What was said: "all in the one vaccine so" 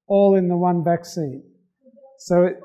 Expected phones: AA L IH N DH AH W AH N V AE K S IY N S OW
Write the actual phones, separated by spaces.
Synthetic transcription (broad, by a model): AA L IH N DH AH W AH N B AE K S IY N S OW